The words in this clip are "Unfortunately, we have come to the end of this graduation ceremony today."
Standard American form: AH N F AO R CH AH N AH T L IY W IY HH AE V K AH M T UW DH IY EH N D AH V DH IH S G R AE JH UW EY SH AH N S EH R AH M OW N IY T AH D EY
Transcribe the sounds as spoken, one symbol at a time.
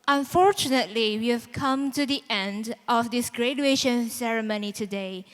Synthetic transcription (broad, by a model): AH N F AO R CH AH N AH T L IY W IY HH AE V K AH M T UW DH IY EH N D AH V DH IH S G R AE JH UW EY SH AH N S EH R AH M OW N IY T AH D EY